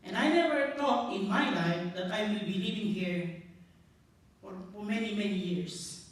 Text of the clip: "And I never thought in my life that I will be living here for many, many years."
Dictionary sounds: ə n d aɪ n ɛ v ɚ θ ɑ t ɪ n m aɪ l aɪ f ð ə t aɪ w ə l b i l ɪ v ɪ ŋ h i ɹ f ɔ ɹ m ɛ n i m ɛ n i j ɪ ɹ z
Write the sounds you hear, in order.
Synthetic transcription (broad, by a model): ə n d aɪ n ɛ v ɚ t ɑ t ɪ n m aɪ l aɪ f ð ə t aɪ w ə l b i l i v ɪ ŋ h i ɹ f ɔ ɹ m ɛ n i m ɛ n i j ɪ ɹ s